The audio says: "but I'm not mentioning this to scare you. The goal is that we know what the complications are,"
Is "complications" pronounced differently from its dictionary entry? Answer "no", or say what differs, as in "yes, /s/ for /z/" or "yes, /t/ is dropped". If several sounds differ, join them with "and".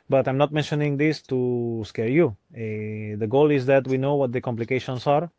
yes, /s/ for /z/